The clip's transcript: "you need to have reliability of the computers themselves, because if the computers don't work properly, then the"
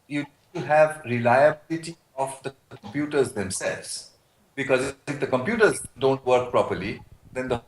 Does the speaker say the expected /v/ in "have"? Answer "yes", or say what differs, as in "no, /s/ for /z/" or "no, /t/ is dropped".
yes